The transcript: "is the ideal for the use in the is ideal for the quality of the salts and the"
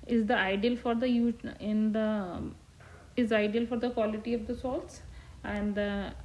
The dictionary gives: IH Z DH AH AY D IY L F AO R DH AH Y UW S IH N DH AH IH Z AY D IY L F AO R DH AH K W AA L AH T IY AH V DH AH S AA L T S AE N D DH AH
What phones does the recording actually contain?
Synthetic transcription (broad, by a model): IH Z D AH AY D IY L F AO R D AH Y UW IH N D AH IH Z AY D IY L F AO R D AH K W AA L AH T IY AH V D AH S AA L T S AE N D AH